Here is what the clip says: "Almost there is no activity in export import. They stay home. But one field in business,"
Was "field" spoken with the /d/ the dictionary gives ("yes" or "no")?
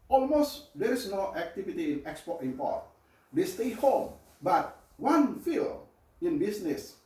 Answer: no